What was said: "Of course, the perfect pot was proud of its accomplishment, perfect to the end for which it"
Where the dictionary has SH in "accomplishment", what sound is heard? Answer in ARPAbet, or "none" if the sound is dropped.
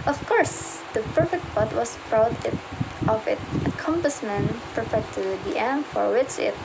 S